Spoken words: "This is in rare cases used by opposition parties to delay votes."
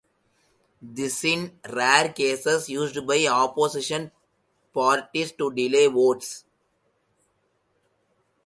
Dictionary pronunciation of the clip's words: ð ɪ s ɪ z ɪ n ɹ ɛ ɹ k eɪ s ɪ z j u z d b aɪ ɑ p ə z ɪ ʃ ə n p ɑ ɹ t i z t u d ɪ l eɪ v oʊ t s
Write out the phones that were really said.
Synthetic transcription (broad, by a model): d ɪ s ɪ ɪ n ɹ ɛ ɹ k eɪ s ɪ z j u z d b aɪ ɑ p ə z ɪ ʃ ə n p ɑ ɹ t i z t u d ɪ l eɪ v oʊ t s